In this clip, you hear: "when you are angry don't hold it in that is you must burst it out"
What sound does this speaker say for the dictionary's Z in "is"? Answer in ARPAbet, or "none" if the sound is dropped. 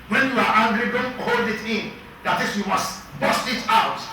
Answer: S